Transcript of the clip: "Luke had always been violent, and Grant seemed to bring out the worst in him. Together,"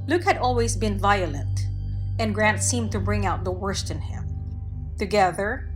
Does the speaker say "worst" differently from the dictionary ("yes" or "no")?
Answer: no